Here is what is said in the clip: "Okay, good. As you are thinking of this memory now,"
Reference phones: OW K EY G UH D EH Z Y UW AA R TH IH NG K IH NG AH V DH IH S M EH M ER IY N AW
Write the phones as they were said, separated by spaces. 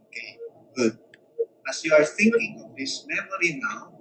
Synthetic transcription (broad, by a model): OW K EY G UH D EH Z Y UW AA R TH IH NG K IH NG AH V DH IH S M EH M ER IY N AW